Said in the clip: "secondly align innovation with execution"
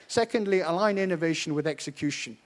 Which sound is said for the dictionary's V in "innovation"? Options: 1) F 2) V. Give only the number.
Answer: 2